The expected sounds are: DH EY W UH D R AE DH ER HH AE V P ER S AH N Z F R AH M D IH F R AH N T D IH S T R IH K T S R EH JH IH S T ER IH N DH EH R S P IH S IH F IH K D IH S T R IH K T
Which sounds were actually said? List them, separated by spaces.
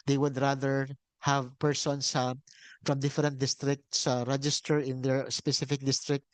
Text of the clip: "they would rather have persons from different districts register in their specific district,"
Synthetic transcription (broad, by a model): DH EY W UH D R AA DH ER HH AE V P ER S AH N S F R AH M D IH F R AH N T D IH S T R IH K T S R EH JH IH S T ER IH N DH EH R S P IH S IH F IH K D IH S T R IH K T